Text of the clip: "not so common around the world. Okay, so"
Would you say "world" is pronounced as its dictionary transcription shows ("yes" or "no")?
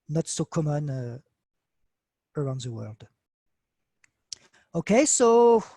yes